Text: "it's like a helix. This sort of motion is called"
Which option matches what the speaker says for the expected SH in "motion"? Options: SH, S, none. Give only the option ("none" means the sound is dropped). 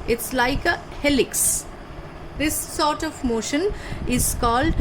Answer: SH